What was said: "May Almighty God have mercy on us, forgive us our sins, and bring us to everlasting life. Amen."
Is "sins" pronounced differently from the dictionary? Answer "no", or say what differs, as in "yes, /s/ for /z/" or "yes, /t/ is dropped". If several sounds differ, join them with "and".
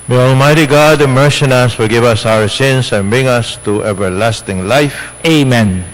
yes, /s/ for /z/